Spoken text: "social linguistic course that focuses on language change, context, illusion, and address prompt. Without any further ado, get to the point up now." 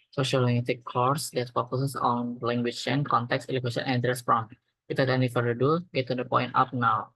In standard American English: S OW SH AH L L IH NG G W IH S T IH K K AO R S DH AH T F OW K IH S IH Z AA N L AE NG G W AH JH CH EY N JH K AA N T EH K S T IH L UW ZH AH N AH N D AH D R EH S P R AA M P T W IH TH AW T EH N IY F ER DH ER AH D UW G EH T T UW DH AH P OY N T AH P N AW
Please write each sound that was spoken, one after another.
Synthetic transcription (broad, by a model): S OW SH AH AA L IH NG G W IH T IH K K AO R S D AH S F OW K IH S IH S AA N L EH NG G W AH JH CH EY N K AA N T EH K S IH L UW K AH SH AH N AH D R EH S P R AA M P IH T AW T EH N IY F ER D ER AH D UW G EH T T UW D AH P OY N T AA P N AW